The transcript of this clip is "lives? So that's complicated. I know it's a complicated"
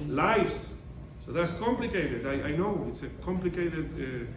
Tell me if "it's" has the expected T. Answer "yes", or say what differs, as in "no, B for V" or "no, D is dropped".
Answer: yes